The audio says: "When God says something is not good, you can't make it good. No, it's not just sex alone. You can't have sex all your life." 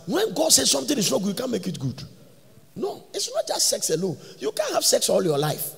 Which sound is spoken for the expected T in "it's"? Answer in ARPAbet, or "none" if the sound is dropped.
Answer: T